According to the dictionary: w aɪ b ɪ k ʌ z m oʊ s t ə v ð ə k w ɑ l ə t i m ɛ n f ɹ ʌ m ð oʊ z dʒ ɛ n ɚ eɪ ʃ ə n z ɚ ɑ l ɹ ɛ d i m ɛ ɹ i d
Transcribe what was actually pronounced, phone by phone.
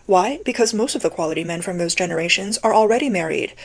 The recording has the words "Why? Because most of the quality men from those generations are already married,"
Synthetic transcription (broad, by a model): w aɪ b ɪ k ʌ z m oʊ s t ə v ð ə k w ɑ l ə t i m ɛ n f ɹ ʌ m ð oʊ z dʒ ɛ n ɚ eɪ ʃ ə n z ɚ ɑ l ɹ ɛ d i m ɛ ɹ i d